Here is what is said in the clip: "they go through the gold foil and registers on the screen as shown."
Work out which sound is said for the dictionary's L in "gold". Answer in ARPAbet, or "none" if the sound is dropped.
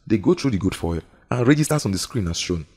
none